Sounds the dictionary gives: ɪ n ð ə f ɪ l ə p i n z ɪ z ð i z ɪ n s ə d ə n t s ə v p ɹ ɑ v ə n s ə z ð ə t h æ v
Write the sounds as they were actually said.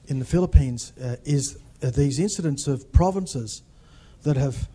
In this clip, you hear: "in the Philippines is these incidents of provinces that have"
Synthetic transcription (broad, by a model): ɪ n ð ə f ɪ l ə p i n z ɪ z ð i z ɪ n s ə d ə n t s ə v p ɹ ɑ v ə n s ə z ð ə t h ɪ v